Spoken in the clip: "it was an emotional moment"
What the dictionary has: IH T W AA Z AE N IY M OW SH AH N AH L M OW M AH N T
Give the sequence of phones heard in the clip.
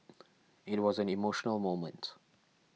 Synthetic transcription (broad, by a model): IH T W AA Z AE N IY M OW SH AH N AH L M OW M AH N T